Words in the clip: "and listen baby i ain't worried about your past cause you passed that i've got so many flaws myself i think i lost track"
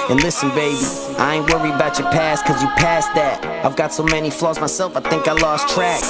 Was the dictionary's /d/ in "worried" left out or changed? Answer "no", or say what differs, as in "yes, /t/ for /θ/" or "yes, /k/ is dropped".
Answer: yes, /d/ is dropped